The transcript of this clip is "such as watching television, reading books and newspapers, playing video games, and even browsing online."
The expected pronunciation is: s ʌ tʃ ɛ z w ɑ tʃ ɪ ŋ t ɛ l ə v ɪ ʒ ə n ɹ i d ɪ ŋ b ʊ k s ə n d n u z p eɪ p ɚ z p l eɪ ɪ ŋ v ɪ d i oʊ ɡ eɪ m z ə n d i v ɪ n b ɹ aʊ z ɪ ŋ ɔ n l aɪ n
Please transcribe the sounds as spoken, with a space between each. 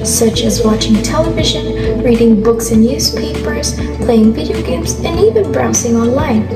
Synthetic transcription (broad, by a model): s ʌ tʃ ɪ z w ɑ tʃ ɪ ŋ t ɛ l ə v ɪ ʒ ə n ɹ i d ɪ ŋ b ʊ k s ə n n u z p eɪ p ɚ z p l eɪ ɪ ŋ v ɪ d i oʊ ɡ eɪ m z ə n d i v ɪ n b ɹ aʊ s ɪ ŋ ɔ n l aɪ n